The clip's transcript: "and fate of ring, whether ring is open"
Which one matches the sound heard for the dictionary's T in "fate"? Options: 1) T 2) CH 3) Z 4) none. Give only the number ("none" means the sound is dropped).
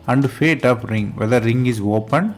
1